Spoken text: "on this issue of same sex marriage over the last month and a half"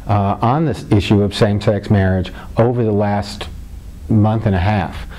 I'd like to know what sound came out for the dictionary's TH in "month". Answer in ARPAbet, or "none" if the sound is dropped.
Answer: TH